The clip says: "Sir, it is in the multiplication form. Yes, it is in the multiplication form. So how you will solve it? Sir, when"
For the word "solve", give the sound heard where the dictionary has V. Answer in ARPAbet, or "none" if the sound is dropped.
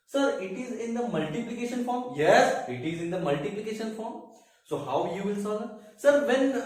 none